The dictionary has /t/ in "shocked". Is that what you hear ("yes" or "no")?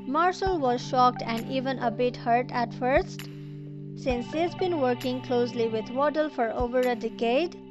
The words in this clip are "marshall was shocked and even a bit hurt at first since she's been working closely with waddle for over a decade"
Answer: yes